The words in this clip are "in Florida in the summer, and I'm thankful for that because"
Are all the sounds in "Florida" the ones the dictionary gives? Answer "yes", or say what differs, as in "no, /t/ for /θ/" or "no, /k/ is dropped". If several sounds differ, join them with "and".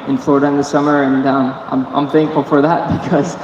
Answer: no, /ɹ/ is dropped